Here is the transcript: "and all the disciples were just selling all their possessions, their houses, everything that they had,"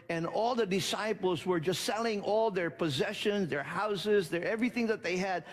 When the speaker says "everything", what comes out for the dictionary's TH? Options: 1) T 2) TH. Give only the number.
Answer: 2